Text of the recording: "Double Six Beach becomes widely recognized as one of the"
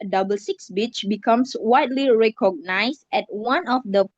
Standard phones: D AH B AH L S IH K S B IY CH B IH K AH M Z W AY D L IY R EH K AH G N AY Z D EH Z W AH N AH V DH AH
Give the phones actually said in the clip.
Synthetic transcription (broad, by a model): D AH B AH L S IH K S B IY CH B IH K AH M S W AY D L IY R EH K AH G N AY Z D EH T W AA N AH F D AH